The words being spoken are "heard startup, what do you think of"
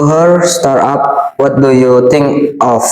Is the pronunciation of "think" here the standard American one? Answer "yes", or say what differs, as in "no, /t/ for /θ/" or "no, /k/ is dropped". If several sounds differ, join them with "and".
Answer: no, /t/ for /θ/